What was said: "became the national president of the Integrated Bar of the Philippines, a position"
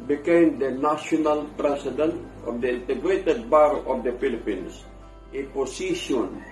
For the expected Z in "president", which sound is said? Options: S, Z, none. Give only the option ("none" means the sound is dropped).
S